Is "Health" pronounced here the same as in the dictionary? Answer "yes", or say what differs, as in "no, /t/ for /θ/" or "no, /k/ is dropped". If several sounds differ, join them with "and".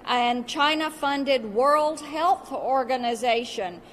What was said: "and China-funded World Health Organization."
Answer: yes